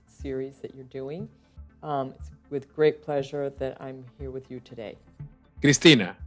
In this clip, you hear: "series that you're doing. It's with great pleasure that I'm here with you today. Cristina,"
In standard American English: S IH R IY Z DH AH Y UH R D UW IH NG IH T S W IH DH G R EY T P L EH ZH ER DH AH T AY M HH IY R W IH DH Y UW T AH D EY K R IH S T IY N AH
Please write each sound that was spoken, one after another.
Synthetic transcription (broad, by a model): S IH R IY Z DH AH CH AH R D UW IH NG IH T S W IH DH G R EY T P L EH ZH ER DH AH T AY M HH IY R W IH DH Y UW T AH D EY K R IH S T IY N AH